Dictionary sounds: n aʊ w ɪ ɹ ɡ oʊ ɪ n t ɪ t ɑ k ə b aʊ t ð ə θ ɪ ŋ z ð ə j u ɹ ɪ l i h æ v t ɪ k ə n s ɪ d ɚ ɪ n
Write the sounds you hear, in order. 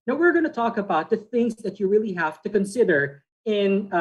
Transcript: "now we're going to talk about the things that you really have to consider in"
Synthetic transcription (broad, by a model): n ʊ w ɪ ɹ ɡ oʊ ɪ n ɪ t ɑ k ə b aʊ t ð ə θ ɪ ŋ z ð ə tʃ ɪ ɹ ɪ l i h æ f t ɪ k ə n s ɪ d ɚ ɪ n